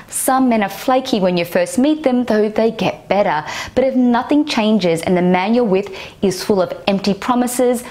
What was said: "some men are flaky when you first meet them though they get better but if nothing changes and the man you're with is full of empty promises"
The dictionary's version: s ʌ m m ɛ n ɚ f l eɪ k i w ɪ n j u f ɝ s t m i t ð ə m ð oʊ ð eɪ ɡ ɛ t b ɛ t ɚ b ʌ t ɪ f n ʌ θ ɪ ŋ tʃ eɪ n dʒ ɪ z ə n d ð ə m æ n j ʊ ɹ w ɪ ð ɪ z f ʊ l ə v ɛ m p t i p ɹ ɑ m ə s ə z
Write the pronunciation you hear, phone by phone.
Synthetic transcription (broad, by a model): s ʌ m m ɛ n ɚ f l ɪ k i w ɪ n j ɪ f ɝ s t m i t ð ə m ð oʊ ð eɪ ɡ ɛ t b ɛ t ɚ b ʌ t ɪ f n ʌ θ ɪ ŋ tʃ eɪ n dʒ ɪ z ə n ð ə m æ n j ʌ ɹ w ɪ ð ɪ z f ʊ l ə v ɛ m p t i p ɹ ɑ m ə s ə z